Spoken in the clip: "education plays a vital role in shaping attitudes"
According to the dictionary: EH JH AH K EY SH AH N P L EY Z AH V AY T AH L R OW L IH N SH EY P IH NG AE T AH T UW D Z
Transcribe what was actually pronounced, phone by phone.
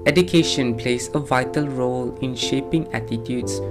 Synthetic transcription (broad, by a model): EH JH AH K EY SH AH N P L EY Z AH V AY T AH L R OW L IH N SH EY P IH NG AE T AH T UW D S